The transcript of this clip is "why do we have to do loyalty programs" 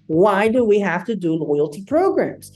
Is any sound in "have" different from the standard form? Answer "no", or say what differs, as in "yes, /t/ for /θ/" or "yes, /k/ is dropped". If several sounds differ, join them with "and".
yes, /f/ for /v/